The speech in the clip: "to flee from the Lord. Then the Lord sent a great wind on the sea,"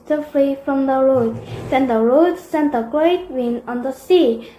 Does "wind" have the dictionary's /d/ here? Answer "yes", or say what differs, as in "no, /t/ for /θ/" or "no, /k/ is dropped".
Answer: no, /d/ is dropped